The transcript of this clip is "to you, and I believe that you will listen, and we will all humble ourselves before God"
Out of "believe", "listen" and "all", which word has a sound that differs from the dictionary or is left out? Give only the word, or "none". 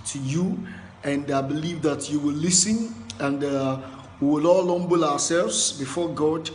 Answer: none